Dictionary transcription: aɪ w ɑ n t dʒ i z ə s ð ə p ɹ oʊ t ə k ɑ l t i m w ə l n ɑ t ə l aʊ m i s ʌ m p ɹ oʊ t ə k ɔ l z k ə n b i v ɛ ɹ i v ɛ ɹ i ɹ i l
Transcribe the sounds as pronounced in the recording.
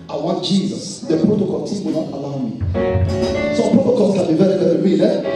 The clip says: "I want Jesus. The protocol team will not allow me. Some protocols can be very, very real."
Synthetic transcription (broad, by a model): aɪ w ɑ n t dʒ i z ə s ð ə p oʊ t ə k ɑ n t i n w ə n ɑ t ə l aʊ m i s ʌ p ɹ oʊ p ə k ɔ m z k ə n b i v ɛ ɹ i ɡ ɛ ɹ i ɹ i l